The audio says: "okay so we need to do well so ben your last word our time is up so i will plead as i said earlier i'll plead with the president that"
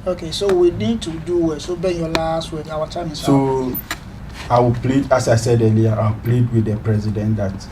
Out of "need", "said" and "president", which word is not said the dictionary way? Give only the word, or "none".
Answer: none